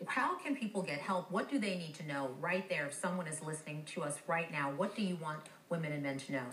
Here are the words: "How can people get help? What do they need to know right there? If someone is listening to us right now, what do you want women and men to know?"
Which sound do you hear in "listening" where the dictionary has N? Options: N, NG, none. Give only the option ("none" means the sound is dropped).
N